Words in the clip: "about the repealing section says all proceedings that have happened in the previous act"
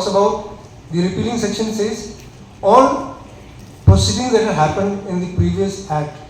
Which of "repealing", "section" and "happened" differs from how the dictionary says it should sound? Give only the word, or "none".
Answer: none